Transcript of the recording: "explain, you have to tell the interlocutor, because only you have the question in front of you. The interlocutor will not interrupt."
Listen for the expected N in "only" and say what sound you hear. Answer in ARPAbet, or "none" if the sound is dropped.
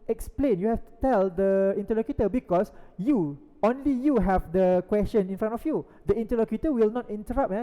N